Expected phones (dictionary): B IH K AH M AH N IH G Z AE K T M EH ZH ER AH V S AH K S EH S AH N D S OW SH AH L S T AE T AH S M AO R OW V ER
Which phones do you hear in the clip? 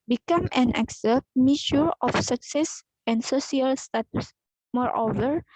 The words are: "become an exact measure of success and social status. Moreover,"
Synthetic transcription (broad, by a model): B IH K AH M AH N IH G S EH T M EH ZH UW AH F S AH K S EH S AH N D S OW S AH L S T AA T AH S M AO R OW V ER